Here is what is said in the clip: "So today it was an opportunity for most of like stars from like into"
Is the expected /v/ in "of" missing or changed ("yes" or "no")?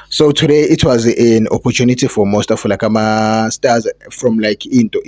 yes